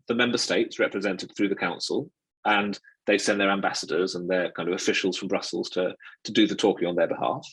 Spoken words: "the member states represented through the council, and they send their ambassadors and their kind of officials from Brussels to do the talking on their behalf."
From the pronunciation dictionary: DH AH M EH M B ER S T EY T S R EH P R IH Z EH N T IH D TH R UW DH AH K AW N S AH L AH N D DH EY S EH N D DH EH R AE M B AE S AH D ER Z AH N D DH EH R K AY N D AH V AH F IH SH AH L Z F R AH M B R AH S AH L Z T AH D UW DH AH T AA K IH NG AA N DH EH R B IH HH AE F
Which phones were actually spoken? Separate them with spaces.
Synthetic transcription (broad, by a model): DH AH M EH M B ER S T EY T S R EH P R IH Z EH N T IH D TH R UW DH AH K AW N S AH L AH N DH EY S EH N DH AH R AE M B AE S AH D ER Z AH N DH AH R K AY N D AH V AH F IH SH AH L Z F R AH M B R AH S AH L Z T AH D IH DH AH T AA K IH NG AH N DH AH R B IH HH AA F